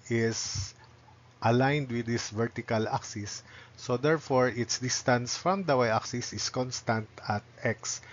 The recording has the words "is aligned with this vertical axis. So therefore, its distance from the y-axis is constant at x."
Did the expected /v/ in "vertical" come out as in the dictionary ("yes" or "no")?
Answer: yes